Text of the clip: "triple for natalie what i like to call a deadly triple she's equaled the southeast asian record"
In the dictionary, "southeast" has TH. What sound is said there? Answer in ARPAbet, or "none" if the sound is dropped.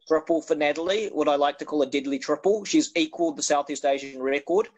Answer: TH